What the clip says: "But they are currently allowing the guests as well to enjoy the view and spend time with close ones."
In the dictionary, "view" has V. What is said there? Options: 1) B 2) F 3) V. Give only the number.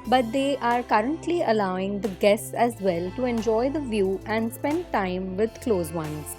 3